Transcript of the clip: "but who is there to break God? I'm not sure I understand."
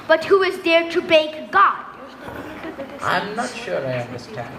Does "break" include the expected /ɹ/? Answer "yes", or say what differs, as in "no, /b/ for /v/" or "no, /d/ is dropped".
no, /ɹ/ is dropped